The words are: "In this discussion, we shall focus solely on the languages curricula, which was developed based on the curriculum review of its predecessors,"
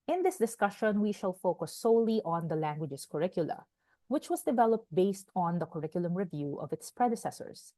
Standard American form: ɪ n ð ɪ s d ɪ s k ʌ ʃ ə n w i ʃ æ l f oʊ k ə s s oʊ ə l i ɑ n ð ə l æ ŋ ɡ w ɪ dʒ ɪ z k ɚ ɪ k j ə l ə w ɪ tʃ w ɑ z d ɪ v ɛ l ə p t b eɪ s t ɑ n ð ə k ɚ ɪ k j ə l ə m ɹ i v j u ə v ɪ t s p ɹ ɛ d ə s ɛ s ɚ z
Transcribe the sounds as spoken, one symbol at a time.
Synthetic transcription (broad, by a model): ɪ n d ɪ s d ɪ s k ʌ ʃ ə n w i ʃ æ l f oʊ k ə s s oʊ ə l i ɑ n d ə l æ ŋ ɡ w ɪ dʒ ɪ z k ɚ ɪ k j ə l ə w ɪ tʃ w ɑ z d ɪ v ɛ l ə p t b eɪ s t ɑ n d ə k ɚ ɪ k j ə l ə m ɹ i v j u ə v ɪ t s p ɹ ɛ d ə s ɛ s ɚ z